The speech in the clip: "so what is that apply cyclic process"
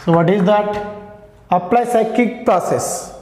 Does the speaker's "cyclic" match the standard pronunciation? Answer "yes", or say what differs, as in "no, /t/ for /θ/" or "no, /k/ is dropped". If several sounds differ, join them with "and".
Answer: no, /l/ is dropped